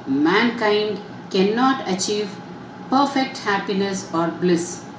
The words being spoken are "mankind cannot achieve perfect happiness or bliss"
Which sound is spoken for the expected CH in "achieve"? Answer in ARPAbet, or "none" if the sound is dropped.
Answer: CH